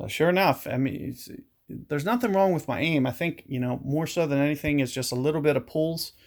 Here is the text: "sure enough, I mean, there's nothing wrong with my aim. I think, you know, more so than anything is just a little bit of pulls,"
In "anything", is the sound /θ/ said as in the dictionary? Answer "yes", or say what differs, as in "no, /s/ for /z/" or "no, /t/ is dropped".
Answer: yes